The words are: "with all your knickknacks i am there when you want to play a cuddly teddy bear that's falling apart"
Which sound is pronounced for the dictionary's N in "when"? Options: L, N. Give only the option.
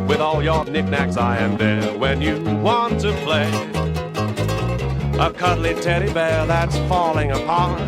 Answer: N